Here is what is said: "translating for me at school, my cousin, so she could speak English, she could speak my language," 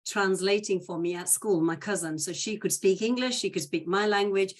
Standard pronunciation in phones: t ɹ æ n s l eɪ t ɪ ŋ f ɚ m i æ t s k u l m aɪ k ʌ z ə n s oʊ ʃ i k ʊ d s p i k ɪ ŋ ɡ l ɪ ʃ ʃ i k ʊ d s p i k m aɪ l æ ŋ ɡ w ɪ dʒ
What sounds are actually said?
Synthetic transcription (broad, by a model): t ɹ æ n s l eɪ t ɪ ŋ f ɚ m i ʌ t s k u l m aɪ k ʌ z ə n s oʊ ʃ i k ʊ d s p i k ɪ ŋ ɡ l ɪ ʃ ʃ i k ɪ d s p i k m aɪ l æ ŋ ɡ w ɪ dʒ